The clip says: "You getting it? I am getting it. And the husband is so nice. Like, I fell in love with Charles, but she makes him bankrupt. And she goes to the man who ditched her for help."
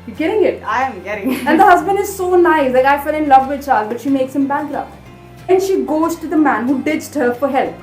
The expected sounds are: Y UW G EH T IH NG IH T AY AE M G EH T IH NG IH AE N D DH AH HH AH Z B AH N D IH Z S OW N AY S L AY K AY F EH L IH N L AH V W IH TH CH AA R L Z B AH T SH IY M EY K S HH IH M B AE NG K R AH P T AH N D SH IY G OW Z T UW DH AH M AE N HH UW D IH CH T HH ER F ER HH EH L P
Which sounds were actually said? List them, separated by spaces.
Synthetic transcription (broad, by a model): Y G EH T IH NG IH T AY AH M G EH T IH NG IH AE N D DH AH HH AH Z B AH N D IH Z S OW N AY S L AY K AY F EH L IH N L AH V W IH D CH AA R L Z B AH T SH IY M EY K S HH IH M B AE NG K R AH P AH N SH IY G OW Z T UW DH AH M AE N HH UW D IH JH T HH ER F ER HH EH L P